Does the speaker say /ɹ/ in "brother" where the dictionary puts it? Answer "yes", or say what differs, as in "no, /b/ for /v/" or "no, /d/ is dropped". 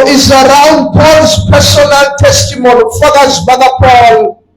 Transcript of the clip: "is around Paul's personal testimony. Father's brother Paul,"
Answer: no, /ɹ/ is dropped